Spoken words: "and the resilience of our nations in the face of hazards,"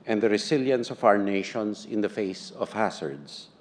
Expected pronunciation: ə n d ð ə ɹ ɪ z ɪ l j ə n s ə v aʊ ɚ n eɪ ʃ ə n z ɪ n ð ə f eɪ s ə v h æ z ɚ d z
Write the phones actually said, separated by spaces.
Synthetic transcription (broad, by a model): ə n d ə ɹ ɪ s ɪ l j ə n s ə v aʊ ɚ n eɪ ʃ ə n s ɪ n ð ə f eɪ s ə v h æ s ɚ d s